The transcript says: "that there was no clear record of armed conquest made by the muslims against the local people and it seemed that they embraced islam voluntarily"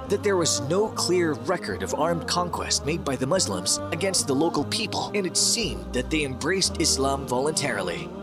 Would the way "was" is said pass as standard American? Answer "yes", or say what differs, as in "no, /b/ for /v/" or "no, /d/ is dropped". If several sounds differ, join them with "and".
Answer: yes